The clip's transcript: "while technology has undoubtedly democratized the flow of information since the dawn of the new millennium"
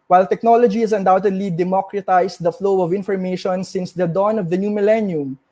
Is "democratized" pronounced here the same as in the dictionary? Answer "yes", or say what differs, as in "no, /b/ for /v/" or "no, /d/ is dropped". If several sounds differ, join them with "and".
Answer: no, /s/ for /z/